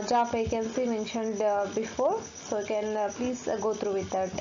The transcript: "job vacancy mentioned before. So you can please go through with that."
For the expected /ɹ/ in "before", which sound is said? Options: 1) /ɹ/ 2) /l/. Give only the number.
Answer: 1